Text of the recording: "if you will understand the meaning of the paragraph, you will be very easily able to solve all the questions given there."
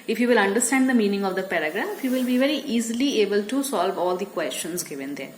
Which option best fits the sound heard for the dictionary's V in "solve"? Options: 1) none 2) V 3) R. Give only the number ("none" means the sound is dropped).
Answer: 2